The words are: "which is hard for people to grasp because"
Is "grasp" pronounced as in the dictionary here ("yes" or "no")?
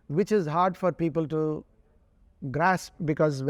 yes